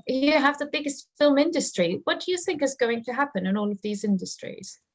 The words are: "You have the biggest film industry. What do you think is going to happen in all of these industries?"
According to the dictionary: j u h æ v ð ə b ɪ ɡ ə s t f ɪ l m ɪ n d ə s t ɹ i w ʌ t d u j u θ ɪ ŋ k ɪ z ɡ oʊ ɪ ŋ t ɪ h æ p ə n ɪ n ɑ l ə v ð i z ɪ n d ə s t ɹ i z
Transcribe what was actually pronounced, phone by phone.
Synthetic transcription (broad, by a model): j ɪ h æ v ð ə b ɪ ɡ ə s t f ɪ l m ɪ n d ə s t ɹ i w ʌ t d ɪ j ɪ θ ɪ ŋ k ɪ z ɡ oʊ ɪ ŋ t ɪ h æ p ə n ɪ n ɑ l ə v ð i z ɪ n d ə s t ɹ i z